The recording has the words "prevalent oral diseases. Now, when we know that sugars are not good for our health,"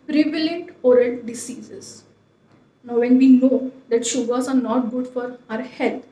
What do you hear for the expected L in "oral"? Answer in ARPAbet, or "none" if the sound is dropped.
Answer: N